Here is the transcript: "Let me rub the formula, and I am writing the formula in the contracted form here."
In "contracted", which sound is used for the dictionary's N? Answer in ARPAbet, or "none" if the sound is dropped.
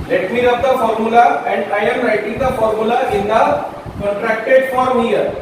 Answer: none